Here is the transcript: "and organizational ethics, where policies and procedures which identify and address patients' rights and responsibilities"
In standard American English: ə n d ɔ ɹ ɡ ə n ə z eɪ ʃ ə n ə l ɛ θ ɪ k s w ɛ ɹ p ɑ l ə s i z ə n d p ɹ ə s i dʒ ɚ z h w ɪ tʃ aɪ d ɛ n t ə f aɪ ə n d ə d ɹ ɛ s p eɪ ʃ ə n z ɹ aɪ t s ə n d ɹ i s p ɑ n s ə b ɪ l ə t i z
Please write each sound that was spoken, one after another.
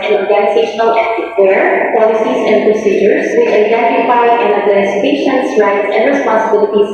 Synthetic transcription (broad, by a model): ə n ɔ ɹ ɡ ə n ə z eɪ ʃ ə n ə l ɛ t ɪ w ɛ ɹ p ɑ l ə s i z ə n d p ɹ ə s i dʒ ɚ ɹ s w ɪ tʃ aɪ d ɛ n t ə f aɪ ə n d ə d l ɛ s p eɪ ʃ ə n s ɹ aɪ t s ə n d ɹ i s p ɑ n s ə b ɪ l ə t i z